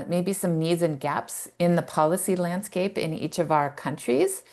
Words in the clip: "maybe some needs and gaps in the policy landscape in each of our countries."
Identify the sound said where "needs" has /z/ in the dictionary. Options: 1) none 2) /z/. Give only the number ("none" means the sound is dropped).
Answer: 2